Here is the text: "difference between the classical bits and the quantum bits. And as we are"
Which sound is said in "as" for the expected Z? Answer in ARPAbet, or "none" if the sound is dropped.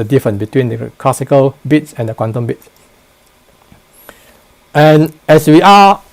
S